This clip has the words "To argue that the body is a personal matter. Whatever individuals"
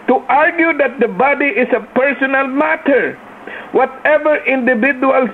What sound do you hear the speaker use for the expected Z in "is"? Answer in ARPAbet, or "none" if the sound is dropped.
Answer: S